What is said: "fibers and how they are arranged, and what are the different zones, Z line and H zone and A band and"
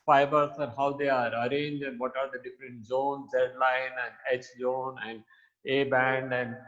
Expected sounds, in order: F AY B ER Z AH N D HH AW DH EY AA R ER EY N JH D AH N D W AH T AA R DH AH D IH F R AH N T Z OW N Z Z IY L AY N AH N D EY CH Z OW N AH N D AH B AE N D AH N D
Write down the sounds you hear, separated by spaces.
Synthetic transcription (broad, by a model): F AY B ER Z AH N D HH AW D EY AA R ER EY N JH AH N D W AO T AA R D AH D IH F R AH N T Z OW N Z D L AY N AH N D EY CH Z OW N AH N D AH B AE N D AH N D